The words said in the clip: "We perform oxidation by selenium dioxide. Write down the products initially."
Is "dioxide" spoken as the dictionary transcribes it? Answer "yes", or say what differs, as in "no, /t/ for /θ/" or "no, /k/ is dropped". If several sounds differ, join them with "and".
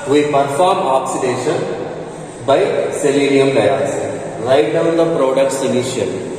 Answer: no, /k/ is dropped